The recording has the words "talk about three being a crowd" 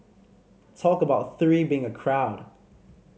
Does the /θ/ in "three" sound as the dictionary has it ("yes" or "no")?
yes